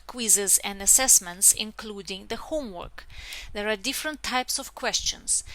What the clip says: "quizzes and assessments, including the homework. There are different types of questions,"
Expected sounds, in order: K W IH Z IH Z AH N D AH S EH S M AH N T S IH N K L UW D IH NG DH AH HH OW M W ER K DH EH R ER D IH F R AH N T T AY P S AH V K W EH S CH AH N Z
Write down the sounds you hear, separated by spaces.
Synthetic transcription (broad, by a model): K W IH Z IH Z AH N D AH S EH S M AH N T S IH N K L UW D IH NG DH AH HH OW M W ER K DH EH R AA D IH F R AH N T T AY P S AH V K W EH S CH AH N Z